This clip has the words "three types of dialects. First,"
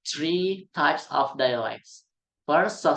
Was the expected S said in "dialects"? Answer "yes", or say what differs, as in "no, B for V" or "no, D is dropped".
yes